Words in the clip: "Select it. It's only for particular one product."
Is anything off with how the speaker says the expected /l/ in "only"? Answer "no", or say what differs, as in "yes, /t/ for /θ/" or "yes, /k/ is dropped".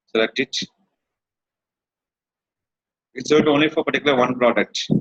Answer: no